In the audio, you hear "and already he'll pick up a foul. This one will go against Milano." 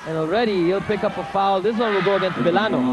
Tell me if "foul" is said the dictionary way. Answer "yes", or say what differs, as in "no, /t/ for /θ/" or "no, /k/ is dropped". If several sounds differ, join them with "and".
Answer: yes